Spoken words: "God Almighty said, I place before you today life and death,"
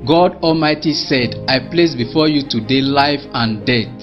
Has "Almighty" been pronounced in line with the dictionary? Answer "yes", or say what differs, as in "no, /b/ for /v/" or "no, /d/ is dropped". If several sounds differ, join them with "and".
yes